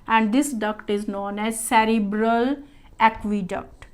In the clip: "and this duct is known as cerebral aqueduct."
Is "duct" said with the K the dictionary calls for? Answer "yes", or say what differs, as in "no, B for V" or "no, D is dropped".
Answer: yes